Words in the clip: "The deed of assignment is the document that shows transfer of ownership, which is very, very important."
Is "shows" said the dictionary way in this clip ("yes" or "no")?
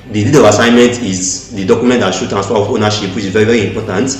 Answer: no